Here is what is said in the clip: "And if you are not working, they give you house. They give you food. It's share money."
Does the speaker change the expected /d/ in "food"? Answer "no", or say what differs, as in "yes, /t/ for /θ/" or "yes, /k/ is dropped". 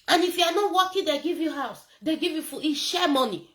yes, /d/ is dropped